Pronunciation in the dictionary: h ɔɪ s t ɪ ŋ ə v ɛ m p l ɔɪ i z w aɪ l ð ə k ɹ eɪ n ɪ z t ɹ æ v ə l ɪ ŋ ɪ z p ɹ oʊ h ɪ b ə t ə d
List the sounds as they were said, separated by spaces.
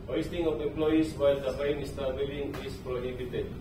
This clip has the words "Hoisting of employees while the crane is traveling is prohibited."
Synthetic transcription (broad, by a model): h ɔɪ s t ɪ ŋ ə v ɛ m p l ɔɪ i s w aɪ l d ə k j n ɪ s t ɑ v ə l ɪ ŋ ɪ s p ɹ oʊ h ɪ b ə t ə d